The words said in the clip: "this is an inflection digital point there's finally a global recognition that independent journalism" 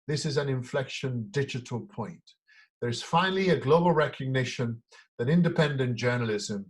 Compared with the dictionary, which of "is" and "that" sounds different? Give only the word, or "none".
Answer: none